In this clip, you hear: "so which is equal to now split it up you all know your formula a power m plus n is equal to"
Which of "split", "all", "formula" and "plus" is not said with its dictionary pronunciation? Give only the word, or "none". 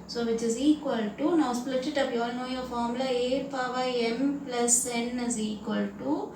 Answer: formula